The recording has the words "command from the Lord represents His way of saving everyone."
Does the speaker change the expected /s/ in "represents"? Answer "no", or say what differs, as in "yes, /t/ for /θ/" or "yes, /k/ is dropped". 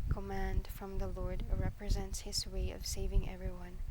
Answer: no